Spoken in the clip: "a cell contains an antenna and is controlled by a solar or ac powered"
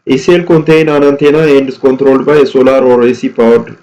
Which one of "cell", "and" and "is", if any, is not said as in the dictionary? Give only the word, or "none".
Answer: is